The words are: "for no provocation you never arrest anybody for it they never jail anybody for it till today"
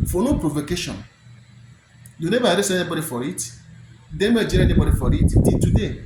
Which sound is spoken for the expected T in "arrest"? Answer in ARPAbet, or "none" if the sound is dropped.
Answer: none